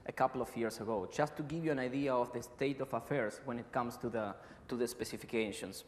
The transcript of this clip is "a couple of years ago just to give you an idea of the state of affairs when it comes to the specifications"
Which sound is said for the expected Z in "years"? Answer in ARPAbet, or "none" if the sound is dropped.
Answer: S